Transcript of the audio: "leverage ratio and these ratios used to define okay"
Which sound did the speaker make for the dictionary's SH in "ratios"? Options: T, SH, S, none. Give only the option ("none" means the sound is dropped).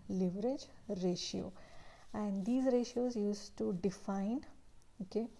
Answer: SH